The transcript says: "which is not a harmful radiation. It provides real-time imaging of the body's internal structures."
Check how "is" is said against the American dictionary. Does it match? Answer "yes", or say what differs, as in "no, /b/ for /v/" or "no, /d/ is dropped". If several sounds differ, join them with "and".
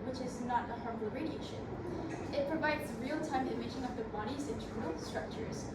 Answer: yes